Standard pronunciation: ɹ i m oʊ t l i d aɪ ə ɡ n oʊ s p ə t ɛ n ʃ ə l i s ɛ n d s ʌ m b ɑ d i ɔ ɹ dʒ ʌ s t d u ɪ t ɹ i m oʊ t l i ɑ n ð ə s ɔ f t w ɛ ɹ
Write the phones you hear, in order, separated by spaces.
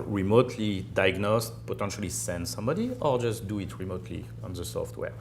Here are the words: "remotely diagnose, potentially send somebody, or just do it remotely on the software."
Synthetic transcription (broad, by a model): ɹ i m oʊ t l i d aɪ ɡ n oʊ s p ə t ɛ n ʃ ə l i s ɛ n d s ʌ m b ɑ d i ɔ ɹ dʒ ʌ s t d u ɪ t ɹ i m oʊ t l i ɑ n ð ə s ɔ f t w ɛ ɹ